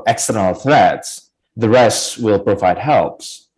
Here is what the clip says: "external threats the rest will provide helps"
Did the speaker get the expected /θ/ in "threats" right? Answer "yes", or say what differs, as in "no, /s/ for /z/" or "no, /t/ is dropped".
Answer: yes